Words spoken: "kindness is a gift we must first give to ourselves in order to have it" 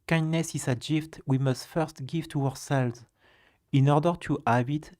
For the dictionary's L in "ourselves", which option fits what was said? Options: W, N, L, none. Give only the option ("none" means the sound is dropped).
L